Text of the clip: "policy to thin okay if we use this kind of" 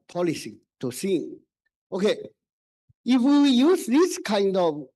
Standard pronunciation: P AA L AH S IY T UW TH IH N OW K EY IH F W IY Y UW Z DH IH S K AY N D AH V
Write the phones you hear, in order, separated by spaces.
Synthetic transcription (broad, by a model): P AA L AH S IY T UW S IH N OW K EY IH F W IY Y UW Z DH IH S K AY N D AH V